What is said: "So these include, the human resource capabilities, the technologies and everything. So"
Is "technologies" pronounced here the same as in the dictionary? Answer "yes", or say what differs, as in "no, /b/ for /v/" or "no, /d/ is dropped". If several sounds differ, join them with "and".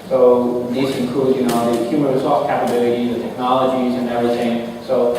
yes